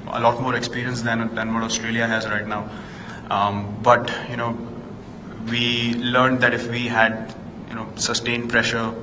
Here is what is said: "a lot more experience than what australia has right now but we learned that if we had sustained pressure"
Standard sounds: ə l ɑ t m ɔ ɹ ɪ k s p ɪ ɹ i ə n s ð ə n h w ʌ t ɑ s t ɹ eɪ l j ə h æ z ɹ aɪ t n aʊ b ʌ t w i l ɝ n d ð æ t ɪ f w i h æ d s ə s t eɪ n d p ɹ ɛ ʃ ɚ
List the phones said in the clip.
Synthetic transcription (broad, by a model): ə l ɑ t m ɔ ɹ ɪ k s p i ɹ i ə n s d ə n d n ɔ t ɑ s t ɹ eɪ l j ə h æ z ɹ aɪ t n aʊ b ʌ t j i l ɝ n d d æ t ɪ f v i h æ d s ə s t eɪ n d p ɹ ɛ ʃ ɚ